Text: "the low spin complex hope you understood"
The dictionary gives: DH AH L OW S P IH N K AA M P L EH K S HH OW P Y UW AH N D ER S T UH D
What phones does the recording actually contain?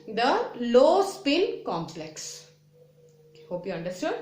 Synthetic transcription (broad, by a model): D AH L OW S P IH N K AA M P L EH K S HH OW P Y UW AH N D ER S T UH D